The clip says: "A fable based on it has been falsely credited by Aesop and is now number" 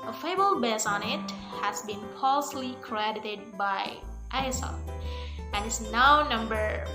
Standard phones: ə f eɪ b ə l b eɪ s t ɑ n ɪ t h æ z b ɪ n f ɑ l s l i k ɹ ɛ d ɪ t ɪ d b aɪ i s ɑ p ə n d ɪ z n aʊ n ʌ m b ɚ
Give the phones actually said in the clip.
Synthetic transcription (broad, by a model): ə f eɪ b ə l b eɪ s ɑ n ɪ t h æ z b ɪ n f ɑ l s l i k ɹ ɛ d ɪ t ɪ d b aɪ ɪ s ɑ f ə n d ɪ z n aʊ n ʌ m b ɚ